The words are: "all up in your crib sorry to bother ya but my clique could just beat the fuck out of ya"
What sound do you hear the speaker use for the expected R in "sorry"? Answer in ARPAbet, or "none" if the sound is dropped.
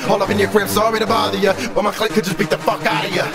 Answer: W